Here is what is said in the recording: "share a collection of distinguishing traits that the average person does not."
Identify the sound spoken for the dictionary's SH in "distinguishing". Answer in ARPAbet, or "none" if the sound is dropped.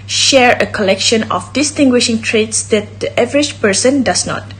SH